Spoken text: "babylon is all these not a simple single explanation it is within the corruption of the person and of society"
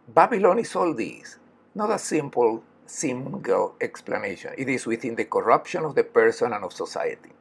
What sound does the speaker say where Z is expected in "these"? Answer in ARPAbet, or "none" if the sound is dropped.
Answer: S